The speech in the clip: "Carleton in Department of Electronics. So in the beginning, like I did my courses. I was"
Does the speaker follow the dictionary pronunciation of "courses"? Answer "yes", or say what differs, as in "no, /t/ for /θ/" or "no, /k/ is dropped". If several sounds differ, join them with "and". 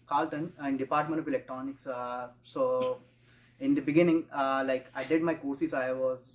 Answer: no, /s/ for /z/